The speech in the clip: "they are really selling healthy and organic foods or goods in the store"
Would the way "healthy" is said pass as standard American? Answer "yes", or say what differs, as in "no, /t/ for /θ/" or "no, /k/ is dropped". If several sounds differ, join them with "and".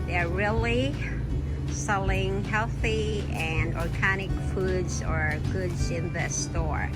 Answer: yes